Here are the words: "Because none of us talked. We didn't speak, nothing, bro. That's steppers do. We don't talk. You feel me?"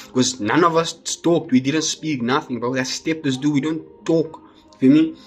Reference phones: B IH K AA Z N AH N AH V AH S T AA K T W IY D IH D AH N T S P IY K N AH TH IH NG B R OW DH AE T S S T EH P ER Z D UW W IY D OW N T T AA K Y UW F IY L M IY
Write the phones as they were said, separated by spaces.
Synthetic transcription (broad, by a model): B K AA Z N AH N AH V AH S T AA K T W IY D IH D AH N T S P IY K N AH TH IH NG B OW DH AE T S S T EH P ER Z D UW W IY D OW N T T AA K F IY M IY